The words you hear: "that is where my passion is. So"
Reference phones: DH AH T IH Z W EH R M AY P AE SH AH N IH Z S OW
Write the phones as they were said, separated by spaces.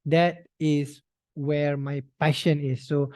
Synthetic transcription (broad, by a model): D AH T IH S W EH R M AY P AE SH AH N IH S OW